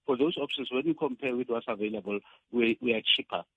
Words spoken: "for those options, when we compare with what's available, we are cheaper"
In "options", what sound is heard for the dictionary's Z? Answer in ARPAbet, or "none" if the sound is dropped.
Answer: S